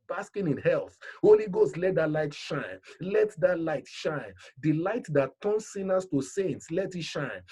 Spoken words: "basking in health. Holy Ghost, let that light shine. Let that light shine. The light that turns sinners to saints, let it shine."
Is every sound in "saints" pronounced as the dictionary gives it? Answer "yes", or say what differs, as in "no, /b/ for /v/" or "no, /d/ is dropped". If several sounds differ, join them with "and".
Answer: yes